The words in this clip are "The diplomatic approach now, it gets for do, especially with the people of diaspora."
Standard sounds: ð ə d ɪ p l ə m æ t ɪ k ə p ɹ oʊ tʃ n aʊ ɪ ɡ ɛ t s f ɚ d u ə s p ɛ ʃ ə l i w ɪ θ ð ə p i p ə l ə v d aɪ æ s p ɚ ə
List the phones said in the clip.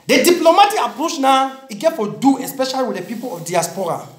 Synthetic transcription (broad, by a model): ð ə d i p l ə m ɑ t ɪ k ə p ɹ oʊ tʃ n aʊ ɪ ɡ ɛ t f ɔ d u ə s p ɛ ʃ ə l i w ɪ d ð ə p i p ə l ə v d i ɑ s p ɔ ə